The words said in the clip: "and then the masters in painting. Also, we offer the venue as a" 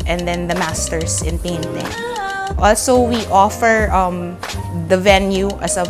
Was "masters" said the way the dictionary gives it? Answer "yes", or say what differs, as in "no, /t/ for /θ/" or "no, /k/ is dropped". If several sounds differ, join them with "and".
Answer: no, /s/ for /z/